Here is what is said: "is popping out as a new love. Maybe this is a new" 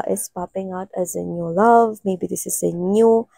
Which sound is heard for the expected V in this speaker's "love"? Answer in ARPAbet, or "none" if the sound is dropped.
V